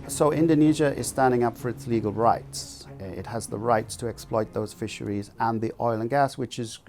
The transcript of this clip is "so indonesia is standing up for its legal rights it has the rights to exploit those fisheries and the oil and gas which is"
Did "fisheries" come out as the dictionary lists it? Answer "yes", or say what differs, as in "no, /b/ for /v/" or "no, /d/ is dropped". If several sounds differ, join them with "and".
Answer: yes